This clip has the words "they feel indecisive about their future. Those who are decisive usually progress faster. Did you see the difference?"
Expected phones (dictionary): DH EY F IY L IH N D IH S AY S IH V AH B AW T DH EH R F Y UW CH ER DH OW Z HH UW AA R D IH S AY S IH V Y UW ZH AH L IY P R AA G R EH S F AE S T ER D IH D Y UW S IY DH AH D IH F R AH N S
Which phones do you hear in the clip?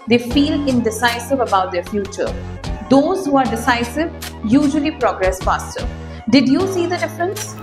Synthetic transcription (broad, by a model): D EY F IY L IH N D IH S AY S IH V AH B AW T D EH R F Y UW CH ER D OW Z HH UW AA R D IH S AY S IH V Y UW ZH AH L IY P R AA G R EH S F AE S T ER D IH D Y UW S IY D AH D IH F R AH N S